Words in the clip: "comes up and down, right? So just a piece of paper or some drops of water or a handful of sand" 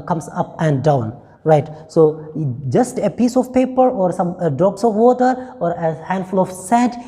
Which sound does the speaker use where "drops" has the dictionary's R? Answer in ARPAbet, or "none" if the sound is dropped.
none